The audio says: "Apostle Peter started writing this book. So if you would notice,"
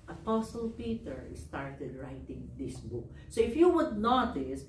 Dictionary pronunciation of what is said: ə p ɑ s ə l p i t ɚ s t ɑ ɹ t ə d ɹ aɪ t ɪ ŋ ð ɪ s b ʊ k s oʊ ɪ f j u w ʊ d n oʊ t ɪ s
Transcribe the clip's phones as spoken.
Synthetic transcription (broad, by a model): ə p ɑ s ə l p i t ɚ s t ɑ ɹ t ə d ɹ aɪ t ɪ ŋ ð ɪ s b ʊ k s oʊ ɪ f j u w ʊ d n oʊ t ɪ s